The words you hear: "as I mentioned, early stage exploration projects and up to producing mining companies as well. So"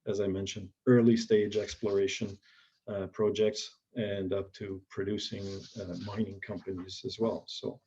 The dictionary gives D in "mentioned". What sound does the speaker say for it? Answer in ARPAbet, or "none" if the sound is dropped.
D